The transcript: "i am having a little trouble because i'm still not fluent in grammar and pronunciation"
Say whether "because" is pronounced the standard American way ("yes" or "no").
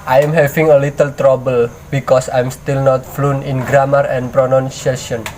no